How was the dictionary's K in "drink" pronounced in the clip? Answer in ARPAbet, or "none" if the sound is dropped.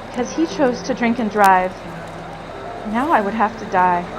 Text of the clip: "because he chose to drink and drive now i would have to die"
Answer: K